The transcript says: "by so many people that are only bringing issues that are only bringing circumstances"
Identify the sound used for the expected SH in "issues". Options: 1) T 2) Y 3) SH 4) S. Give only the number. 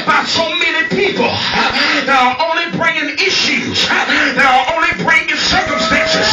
3